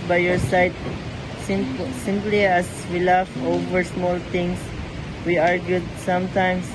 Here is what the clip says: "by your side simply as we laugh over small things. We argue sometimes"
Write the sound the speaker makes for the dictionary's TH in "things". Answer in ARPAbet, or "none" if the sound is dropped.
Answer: T